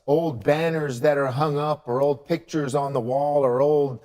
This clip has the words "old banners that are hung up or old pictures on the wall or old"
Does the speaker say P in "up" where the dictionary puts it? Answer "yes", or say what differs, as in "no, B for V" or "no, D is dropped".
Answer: yes